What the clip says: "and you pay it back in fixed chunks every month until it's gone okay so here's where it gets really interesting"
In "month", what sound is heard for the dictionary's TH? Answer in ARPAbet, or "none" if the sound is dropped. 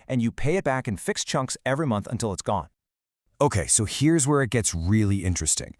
TH